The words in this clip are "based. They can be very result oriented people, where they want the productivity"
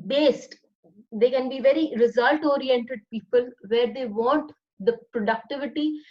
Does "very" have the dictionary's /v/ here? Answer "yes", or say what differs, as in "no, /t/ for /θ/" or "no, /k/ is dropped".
yes